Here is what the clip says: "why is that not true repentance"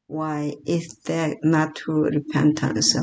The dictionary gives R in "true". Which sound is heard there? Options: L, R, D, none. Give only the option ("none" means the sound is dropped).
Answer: none